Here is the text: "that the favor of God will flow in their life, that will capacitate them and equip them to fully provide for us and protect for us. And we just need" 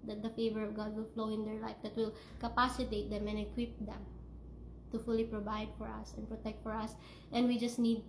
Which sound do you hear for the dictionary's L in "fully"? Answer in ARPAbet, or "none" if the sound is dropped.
L